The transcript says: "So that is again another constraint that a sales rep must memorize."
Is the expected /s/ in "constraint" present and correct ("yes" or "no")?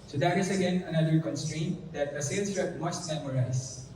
yes